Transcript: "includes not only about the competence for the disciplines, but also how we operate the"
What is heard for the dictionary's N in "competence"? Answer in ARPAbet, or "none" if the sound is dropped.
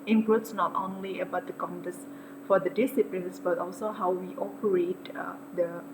none